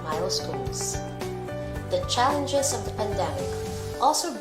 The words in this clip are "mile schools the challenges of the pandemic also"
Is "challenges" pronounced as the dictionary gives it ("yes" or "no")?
yes